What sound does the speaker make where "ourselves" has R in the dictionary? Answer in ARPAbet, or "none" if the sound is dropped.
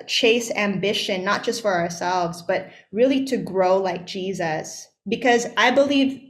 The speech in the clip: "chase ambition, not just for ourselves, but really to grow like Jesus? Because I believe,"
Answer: R